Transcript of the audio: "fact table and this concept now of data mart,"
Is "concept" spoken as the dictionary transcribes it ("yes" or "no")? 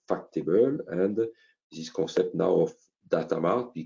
no